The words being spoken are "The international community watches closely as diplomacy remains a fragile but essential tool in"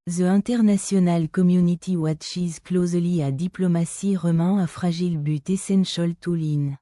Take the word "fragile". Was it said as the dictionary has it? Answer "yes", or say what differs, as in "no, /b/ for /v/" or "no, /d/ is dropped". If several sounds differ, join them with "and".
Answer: no, /ʒ/ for /dʒ/